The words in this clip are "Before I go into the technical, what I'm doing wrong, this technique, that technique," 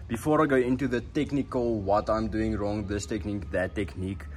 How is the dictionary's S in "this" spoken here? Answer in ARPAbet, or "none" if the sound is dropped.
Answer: S